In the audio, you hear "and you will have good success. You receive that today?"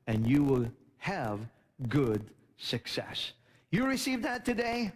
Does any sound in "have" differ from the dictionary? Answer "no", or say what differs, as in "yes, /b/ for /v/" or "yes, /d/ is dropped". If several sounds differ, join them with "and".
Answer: no